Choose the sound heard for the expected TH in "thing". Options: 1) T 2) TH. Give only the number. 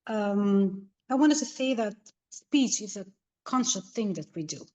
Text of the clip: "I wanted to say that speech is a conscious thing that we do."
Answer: 2